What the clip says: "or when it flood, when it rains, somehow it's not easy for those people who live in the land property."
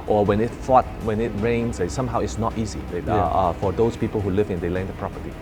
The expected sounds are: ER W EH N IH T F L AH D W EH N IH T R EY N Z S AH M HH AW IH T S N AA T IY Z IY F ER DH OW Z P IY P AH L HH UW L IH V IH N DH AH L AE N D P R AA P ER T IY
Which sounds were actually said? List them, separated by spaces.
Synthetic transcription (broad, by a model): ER W EH N IH T F AO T W EH N IH T R EY N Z S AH M HH AW IH T S N AA T IY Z IY F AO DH OW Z P IY P AH L HH UW L IH V IH N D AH L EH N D P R AA P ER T IY